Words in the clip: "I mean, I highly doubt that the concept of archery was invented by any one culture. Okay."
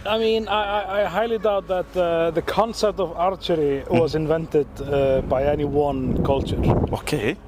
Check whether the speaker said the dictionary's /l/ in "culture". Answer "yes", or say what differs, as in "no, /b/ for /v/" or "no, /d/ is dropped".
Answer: yes